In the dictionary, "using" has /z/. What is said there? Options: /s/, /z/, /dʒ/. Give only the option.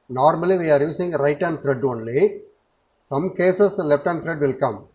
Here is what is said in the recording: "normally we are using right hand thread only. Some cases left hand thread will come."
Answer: /s/